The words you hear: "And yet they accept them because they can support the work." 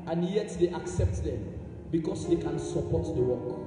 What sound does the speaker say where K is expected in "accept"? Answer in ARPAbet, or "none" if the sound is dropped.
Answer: K